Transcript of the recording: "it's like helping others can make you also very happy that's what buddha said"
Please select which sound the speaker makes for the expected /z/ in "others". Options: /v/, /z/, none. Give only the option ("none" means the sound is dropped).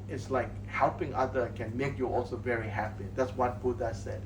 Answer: none